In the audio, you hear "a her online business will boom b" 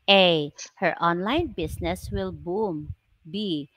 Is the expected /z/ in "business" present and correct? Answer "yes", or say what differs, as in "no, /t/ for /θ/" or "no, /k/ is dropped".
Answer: no, /s/ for /z/